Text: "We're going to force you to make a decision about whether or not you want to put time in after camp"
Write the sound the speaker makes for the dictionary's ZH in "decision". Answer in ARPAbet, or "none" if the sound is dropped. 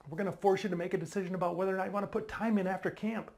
ZH